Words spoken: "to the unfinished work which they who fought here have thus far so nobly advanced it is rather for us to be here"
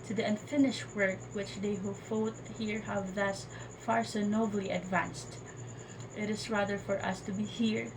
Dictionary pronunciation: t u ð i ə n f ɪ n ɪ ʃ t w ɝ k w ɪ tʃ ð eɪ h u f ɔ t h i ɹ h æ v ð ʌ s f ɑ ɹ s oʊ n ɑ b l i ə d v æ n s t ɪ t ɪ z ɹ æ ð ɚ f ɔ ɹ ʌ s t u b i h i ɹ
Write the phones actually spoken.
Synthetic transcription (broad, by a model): t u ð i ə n f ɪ n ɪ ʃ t w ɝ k w ɪ tʃ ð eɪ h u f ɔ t h i ɹ h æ v ð ʌ s f ɑ ɹ s oʊ n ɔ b l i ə d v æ n s t ɪ t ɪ s ɹ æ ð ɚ f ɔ ɹ ʌ s t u b i h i ɹ